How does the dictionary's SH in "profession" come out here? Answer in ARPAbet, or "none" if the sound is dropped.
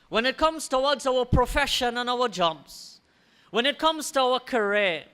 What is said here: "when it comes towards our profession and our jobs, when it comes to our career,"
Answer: SH